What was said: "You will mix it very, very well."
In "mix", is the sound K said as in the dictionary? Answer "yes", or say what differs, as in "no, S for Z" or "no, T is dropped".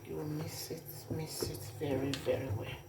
no, K is dropped